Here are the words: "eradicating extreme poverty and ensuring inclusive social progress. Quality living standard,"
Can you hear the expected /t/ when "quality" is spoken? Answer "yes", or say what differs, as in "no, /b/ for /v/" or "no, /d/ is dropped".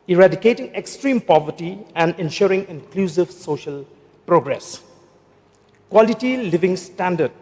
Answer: yes